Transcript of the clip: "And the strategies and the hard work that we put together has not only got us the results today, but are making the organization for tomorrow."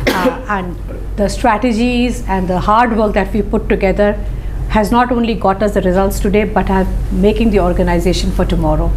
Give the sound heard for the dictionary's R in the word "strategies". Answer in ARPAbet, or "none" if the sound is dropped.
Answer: R